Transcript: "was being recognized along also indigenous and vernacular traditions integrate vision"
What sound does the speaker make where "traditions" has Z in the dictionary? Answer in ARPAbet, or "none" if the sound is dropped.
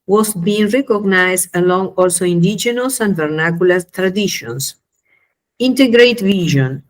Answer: S